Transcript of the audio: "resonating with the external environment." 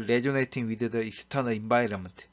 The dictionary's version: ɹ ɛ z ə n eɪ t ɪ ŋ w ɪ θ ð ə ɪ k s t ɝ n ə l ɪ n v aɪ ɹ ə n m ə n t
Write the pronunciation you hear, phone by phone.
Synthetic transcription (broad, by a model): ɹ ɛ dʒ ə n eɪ t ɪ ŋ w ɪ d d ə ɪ s t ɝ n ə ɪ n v aɪ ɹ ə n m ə n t